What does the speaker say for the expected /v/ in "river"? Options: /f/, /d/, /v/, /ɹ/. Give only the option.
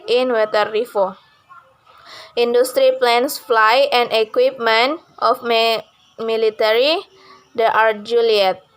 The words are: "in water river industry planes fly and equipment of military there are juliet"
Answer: /f/